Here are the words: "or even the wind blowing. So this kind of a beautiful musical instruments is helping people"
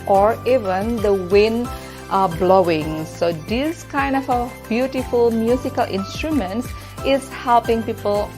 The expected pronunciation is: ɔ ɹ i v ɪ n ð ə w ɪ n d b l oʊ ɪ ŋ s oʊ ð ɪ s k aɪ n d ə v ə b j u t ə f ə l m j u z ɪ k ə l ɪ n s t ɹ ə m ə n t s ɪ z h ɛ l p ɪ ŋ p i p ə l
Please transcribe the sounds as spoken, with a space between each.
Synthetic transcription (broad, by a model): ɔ ɹ i v ɪ n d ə w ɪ n b l oʊ ɪ ŋ s oʊ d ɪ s k aɪ n d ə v ə b j u t ə f ə l m j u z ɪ k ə l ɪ n s t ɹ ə m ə n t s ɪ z h ɛ l p ɪ ŋ p i p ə l